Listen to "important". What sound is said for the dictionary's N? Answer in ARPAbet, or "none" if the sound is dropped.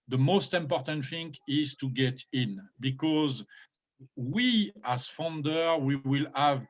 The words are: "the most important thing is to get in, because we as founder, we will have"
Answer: N